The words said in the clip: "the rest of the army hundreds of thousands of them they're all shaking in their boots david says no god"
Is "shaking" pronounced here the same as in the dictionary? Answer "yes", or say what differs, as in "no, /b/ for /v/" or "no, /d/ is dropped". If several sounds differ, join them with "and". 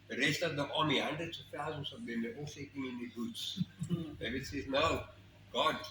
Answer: no, /s/ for /ʃ/